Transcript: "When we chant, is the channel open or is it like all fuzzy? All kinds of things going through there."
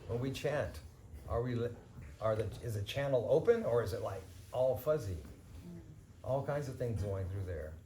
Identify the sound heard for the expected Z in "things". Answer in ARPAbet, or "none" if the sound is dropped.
Z